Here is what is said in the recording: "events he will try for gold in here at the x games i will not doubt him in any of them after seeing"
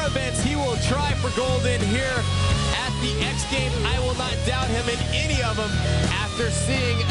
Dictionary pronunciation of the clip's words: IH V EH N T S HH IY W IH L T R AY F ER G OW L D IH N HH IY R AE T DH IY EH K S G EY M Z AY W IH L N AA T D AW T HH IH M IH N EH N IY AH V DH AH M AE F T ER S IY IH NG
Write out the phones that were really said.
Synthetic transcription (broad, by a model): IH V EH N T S HH IY W IH L T R AY F ER G OW L D IH N HH IY R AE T DH IY EH K S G EY M AY W IH L N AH T D AW T HH IH M IH N EH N IY AH V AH M AE F T ER S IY IH NG